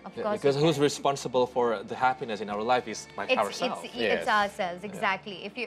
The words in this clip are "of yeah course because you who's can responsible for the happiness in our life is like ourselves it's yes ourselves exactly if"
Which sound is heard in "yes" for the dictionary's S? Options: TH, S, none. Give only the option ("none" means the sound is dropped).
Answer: none